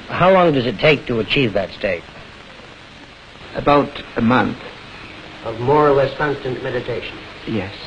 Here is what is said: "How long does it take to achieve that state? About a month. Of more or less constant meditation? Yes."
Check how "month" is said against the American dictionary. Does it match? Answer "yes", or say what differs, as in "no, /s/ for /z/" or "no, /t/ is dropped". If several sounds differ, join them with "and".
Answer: yes